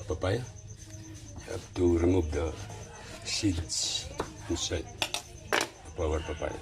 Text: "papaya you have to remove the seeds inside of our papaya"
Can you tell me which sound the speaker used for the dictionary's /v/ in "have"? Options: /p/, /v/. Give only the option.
/p/